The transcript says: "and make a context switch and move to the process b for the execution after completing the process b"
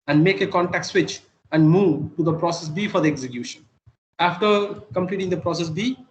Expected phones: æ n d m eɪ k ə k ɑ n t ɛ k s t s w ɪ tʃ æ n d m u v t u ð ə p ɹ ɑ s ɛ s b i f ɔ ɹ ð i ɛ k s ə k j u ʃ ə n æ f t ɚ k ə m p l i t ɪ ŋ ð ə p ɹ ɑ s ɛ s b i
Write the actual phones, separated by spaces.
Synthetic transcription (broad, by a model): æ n d m eɪ k ə k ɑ n t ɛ k t s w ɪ tʃ æ n d m u v t u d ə p ɹ ɑ s ɛ s b i f ɔ ɹ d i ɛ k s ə k j u ʃ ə n æ f t ɚ k ə m p l i t ɪ ŋ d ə p ɹ ɑ s ɛ s b i